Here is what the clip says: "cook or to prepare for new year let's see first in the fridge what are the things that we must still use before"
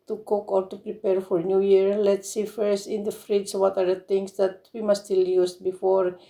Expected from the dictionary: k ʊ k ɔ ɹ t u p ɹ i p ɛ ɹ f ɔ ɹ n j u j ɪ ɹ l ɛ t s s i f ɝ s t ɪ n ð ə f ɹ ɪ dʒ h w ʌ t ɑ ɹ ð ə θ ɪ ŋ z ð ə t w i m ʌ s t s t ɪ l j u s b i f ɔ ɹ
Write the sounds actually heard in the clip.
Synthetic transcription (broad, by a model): k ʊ k ɔ ɹ t u p ɹ i p ɛ ɹ f ɔ ɹ n j u j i ɹ l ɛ t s s i f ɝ s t ɪ n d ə f ɹ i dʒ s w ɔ t ɑ ɹ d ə t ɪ ŋ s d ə t w i m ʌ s s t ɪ l j u s b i f ɔ ɹ